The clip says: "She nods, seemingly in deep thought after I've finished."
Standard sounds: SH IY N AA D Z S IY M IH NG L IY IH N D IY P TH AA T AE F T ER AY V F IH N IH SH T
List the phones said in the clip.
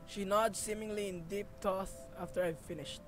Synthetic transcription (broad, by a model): SH IY N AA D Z S IY M IH NG L IY IH N D IY P T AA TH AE F T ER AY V F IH N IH SH T